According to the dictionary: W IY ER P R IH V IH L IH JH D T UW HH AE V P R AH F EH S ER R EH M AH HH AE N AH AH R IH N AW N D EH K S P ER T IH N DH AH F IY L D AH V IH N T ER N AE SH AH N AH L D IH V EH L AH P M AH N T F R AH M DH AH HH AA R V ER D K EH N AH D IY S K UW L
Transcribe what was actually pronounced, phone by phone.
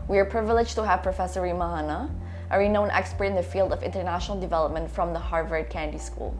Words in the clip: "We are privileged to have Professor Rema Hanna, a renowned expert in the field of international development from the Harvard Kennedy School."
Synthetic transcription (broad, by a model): W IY ER P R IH V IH L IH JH T UW HH AE V P R AH F EH S ER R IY M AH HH N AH AH R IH N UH N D EH K S P ER T IH N DH AH F IY L D AH V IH N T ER N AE SH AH N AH L D IH V EH L AH P M AH N T F R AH M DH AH HH AA R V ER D K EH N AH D IY S K UW L